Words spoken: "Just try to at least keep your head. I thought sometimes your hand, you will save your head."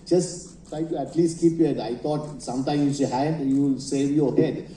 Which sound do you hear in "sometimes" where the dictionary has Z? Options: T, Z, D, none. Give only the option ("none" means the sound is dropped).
none